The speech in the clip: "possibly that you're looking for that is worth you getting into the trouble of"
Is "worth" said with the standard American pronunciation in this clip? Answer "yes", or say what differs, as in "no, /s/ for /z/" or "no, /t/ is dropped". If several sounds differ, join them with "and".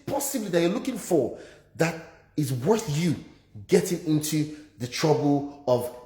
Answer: yes